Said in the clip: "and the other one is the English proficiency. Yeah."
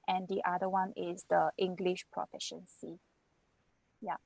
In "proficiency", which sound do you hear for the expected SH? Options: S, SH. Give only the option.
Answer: SH